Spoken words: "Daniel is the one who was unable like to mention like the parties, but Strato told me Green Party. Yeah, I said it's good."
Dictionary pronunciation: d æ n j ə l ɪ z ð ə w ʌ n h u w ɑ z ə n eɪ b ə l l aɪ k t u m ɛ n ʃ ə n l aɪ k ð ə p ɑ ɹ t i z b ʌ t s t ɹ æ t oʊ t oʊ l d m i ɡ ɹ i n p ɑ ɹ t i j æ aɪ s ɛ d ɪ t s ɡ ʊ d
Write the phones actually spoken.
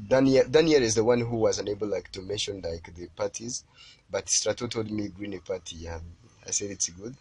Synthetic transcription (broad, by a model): d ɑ n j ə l ɪ z ð ə w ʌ n h u w ɑ z ə n eɪ b ə l l aɪ k t u m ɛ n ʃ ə n l aɪ k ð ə p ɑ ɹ t i z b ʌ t s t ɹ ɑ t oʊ t oʊ l d m i ɡ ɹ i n p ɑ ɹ t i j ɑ aɪ s ɛ d ɪ t s ɡ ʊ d